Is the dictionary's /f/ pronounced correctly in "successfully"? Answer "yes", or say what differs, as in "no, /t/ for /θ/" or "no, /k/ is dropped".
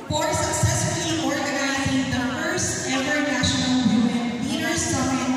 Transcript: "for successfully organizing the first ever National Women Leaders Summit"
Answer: no, /f/ is dropped